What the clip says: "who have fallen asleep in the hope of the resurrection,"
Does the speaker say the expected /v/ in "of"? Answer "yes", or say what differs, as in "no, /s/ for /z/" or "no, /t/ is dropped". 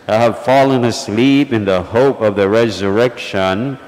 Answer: yes